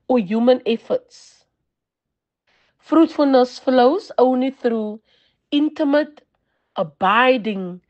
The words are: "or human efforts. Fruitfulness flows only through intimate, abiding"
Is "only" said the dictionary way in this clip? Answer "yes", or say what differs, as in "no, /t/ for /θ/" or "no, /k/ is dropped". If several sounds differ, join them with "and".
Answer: no, /l/ is dropped